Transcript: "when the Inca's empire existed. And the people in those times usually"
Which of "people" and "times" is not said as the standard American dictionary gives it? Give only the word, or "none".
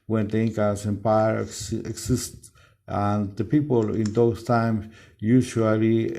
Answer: times